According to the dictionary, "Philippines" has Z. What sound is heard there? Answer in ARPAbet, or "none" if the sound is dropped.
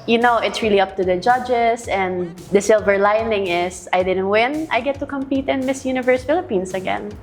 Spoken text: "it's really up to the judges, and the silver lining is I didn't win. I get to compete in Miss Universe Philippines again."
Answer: S